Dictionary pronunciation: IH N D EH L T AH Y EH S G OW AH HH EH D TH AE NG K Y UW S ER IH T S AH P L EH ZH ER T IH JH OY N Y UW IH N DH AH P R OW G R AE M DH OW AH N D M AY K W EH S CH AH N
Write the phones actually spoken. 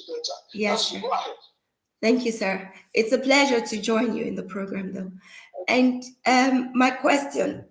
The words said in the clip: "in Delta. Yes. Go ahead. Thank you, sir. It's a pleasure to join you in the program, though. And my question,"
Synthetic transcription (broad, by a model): Y EH S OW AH TH AE NG K Y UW S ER IH T S AH P L EH ZH ER T IH JH OY N Y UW IH N DH AH P R OW G R AE M DH OW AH N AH M AY K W EH S CH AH N